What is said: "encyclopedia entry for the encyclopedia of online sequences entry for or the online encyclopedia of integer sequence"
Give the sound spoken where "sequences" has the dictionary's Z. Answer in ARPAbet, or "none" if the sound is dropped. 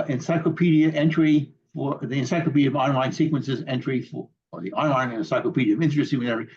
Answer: Z